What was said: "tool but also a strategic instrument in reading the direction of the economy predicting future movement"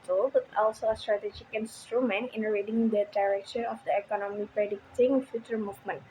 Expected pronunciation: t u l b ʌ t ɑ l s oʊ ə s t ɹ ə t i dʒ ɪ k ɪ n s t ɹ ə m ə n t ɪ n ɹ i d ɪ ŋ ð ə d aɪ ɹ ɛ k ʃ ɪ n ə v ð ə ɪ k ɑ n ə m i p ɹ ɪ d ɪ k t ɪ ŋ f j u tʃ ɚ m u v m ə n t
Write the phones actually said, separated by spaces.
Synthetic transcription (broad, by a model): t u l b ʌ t ɑ l s oʊ ə s t ɹ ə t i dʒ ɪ k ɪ n s t ɹ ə m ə n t ɪ n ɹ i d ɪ ŋ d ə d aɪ ɹ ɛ k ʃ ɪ n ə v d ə ɪ k ɑ n ə m i p ɹ ɪ d ɪ k t ɪ ŋ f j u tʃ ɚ m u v m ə n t